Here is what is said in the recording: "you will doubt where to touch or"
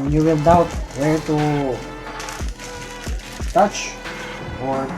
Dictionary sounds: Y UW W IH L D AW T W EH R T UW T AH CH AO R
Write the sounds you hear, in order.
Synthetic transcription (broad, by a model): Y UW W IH N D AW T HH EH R T UW T AH CH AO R